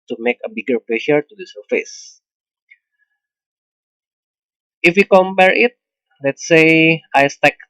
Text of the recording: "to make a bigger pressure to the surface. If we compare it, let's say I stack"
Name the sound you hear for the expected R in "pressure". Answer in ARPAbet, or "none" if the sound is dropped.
L